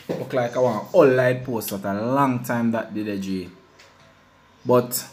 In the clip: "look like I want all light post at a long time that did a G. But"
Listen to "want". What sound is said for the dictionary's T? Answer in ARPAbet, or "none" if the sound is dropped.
none